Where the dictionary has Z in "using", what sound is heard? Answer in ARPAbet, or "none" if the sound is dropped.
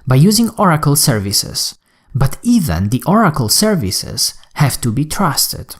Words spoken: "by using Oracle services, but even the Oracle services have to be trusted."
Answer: Z